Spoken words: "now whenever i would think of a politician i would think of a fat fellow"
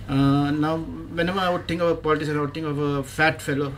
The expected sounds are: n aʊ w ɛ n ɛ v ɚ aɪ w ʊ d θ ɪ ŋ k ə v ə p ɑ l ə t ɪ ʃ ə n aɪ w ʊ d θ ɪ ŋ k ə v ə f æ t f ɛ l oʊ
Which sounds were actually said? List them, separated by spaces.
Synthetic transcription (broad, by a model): n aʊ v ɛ n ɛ v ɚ aɪ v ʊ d t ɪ ŋ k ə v ə p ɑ l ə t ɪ s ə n aɪ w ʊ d t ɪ ŋ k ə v ə f æ t f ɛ l oʊ